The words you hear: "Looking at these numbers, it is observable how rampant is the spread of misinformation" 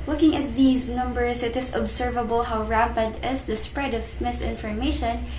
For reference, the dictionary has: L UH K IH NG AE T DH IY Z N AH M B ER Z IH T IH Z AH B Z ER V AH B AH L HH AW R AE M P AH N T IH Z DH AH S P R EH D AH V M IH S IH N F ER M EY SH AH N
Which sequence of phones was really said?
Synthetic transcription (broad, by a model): L UH K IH NG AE T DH IY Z N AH M B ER S IH T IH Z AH B S ER V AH B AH L HH AW R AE P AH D IH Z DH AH S P R EH D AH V M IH S IH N F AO M EY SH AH N